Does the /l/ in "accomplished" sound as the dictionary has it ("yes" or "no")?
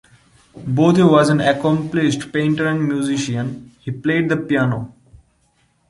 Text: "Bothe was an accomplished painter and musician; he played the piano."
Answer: yes